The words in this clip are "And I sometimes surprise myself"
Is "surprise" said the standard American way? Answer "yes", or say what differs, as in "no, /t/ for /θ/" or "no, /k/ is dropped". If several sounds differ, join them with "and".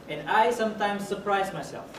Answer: yes